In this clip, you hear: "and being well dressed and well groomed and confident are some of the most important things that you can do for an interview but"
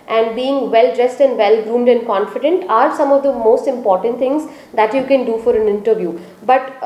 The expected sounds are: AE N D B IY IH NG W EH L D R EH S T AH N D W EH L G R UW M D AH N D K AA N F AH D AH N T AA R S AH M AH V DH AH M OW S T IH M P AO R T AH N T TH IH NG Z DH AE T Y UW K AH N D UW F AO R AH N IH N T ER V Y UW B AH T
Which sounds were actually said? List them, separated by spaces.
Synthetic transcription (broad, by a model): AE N D B IY IH NG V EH L D R EH S T AH N D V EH L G R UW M D AH N D K AA N F AH D AH N T AA R S AH M AH V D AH M OW S T IH M P AO R T AH N T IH NG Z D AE T Y UW K AH N D UW F AO R AH N IH N T ER V Y UW B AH T